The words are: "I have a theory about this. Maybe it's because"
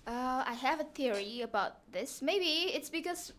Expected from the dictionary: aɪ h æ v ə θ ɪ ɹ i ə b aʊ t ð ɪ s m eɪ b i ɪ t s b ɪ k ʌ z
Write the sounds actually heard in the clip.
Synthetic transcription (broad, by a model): aɪ h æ v ə θ ɪ ɹ i ə b aʊ t ð ɪ s m eɪ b i ɪ t s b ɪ k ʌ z